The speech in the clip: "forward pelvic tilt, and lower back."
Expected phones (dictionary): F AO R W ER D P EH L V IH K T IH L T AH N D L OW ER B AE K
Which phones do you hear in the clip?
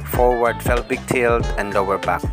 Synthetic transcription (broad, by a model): F AO R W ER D F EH L B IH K T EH L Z AH N D L OW ER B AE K